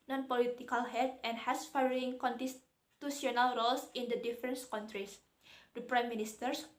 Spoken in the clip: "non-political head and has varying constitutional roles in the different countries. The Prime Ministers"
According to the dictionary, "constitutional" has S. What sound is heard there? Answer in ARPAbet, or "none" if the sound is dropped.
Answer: none